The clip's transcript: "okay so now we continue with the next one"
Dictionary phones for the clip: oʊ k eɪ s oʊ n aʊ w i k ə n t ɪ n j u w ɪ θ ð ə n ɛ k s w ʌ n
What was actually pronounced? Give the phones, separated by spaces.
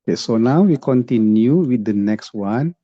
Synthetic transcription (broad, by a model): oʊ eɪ s oʊ n aʊ w i k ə n t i n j u w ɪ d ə n ɛ k s w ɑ n